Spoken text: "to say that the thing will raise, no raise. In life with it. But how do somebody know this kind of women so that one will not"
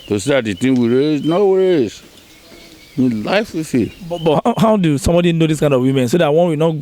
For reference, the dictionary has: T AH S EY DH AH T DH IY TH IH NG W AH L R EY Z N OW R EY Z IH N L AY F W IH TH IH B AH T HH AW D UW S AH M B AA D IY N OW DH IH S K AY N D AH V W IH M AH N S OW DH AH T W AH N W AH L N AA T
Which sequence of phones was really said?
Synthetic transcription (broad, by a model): T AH S EY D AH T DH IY T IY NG W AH R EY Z N OW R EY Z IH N L AY F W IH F IH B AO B HH AW D UW S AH M B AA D IY N OW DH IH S K AY N D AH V W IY M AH N S OW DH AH T W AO N W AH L N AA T